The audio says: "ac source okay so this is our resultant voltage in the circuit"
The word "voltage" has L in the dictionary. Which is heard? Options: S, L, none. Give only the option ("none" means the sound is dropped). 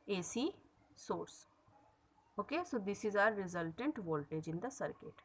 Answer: L